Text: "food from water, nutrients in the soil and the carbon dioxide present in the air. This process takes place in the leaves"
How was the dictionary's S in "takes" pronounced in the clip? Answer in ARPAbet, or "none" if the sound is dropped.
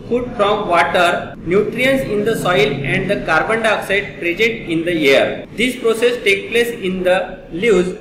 none